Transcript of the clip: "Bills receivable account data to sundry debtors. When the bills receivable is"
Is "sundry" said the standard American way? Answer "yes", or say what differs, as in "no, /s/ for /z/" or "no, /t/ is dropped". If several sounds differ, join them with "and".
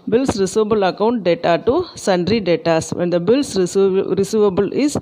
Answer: yes